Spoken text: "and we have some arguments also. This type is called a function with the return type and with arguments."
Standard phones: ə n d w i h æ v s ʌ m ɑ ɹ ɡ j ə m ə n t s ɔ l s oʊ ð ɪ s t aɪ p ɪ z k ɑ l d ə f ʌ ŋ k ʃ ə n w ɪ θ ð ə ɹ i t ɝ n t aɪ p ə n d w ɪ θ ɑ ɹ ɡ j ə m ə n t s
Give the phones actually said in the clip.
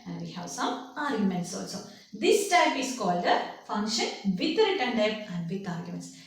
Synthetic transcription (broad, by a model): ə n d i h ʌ w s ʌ ɑ ɹ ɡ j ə m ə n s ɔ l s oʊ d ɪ s t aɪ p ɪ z k ɑ l d ə f ʌ ŋ k ʃ ə n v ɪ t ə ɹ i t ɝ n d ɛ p ə n d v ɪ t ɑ ɹ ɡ j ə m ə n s